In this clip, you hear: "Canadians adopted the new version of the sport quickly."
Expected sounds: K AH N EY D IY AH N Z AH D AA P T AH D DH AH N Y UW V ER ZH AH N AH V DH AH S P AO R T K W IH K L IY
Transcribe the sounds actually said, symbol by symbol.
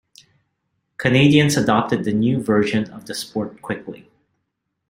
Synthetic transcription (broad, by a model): K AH N EY D IY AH N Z AH D AA P T AH D DH AH N Y UW V ER ZH AH N AH V DH AH S P AO R T K W IH K L IY